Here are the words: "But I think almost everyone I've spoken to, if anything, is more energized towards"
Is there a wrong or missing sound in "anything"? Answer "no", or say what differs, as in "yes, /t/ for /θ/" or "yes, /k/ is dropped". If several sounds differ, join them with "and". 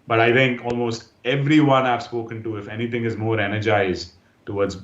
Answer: yes, /t/ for /θ/